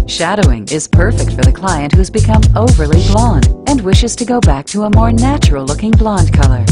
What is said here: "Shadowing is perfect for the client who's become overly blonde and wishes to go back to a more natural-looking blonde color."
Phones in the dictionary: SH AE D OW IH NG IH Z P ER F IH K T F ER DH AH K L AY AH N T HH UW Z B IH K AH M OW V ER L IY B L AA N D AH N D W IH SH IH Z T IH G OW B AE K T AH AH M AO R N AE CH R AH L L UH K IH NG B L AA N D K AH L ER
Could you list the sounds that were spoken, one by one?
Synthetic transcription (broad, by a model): SH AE D OW IH NG IH Z P ER F IH K T F ER DH AH K L AY AH N T HH UW Z B IH K AH M OW V ER L IY B L AA N D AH N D W IH SH IH Z T IH G OW B AE K T AH AH M AO R N AE CH R L L UH K IH NG B L AA N D K AH L ER